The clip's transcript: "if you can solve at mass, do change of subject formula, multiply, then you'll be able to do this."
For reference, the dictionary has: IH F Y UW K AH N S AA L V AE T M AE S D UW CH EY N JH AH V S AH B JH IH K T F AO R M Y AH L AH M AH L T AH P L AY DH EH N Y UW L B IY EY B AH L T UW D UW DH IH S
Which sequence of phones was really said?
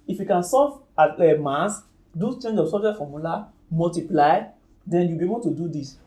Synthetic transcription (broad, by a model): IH F Y UW K AH N S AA V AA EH M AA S D UW CH EY N JH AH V S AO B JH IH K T F AO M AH L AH M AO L T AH P L AY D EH N Y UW B IY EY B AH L T UW D UW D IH S